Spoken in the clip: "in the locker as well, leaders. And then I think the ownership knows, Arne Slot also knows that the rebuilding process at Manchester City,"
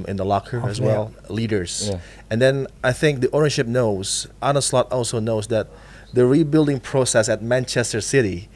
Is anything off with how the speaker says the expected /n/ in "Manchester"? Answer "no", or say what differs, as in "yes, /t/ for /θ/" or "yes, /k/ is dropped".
no